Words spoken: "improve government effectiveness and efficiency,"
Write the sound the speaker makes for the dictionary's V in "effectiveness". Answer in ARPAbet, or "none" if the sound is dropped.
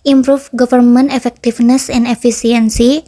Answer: F